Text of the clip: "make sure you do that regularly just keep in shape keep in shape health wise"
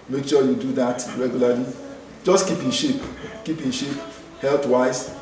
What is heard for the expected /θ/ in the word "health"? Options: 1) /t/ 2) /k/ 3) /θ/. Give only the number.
1